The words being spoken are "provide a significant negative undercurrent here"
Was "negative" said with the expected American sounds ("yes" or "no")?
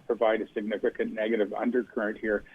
yes